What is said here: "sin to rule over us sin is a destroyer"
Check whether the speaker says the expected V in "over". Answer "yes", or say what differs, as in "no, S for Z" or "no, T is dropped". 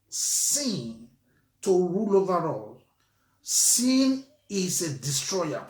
yes